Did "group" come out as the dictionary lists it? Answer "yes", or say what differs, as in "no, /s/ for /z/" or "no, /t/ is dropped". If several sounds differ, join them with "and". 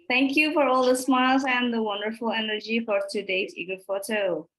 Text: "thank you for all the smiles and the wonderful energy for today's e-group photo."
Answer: no, /ɹ/ is dropped